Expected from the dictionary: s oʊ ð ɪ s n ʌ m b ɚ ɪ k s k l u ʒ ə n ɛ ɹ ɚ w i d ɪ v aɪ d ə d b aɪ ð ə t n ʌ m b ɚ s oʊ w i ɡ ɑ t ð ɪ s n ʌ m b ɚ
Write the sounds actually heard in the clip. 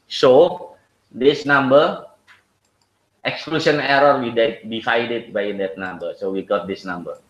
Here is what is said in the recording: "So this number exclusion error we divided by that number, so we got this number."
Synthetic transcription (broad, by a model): s oʊ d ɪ s n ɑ m b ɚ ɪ k s k l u s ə n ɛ ɹ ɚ w i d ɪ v aɪ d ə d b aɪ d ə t n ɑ m b ɚ s oʊ w i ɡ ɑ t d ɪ s n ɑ m b ɚ